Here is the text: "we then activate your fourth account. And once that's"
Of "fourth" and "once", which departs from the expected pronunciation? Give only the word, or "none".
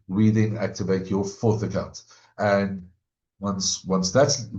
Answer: none